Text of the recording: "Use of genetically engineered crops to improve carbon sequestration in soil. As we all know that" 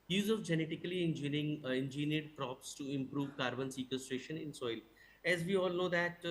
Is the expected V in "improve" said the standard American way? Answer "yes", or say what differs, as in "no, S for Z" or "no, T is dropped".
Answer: yes